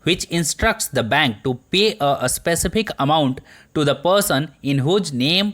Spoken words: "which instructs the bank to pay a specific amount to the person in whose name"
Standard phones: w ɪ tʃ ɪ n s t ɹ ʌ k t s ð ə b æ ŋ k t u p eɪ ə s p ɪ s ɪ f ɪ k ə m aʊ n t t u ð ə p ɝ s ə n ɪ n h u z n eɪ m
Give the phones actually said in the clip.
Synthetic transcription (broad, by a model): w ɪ tʃ ɪ n s t ɹ ʌ k t s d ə b æ ŋ k t u p eɪ ə s p ɪ s ɪ f ɪ k ə m aʊ n t t u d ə p ɝ s ə n ɪ n h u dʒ n eɪ m